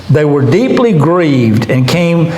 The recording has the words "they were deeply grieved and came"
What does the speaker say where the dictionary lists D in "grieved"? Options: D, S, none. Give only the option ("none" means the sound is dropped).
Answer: D